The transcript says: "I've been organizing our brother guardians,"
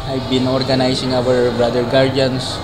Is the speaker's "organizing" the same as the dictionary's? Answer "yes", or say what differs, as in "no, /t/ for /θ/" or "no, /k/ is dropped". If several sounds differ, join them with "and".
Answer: no, /s/ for /z/